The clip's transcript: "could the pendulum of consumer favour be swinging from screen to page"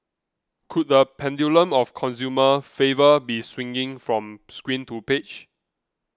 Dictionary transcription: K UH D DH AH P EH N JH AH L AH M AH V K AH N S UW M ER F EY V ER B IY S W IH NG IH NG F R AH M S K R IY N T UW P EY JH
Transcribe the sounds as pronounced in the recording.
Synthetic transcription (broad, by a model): K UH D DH AH P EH N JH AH L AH M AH F K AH N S UW M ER F EY V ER B IY S W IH NG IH NG F R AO M S K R IY N T UW P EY CH